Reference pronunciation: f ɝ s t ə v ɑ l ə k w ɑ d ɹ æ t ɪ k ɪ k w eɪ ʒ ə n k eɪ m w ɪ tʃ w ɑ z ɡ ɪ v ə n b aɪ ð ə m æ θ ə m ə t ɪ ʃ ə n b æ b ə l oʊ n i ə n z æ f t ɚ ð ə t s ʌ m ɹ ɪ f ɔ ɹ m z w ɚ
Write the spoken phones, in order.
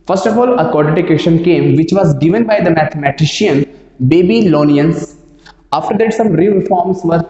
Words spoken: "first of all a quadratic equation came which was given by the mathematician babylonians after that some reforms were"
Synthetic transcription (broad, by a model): f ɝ s t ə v ɑ l ə k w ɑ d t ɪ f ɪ k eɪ ʃ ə n k eɪ m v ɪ tʃ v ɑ z ɡ ɪ v ə n b aɪ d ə m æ t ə m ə t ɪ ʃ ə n b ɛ b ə l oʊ n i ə n s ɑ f t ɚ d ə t s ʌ m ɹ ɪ f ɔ ɹ m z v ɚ